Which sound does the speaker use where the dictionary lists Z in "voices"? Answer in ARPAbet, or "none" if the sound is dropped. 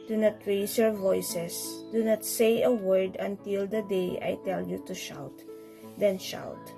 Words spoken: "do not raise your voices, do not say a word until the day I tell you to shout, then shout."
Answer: S